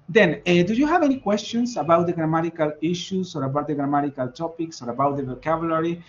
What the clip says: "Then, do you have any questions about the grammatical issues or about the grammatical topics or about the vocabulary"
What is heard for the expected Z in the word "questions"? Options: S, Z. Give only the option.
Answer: S